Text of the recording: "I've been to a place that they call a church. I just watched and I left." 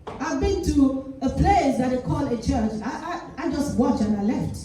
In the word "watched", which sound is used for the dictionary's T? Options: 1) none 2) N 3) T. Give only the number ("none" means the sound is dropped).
1